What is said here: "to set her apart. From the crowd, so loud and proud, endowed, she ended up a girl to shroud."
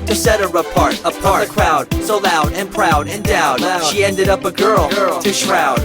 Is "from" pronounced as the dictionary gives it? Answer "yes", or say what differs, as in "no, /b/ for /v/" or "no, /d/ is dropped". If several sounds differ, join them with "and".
no, /p/ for /f/